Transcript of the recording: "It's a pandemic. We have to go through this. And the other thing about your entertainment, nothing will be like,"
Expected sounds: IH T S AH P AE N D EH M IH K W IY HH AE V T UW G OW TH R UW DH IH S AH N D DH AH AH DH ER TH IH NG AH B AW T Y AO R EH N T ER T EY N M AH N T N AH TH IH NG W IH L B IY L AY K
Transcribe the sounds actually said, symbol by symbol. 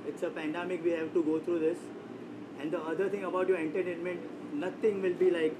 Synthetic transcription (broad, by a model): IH T S AH P AE N D EH M IH K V IY HH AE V T UW G OW T R UW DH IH S AH N D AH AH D ER T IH NG AH B AW T Y AO R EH N T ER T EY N M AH N T N AH T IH NG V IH L B IY L AY K